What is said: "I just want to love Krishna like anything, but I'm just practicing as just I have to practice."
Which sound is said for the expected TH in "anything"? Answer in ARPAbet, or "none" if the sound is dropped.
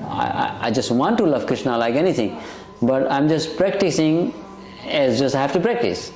T